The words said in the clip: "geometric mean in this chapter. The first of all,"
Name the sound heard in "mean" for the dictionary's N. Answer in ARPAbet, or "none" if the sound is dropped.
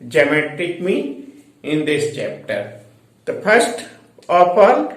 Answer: none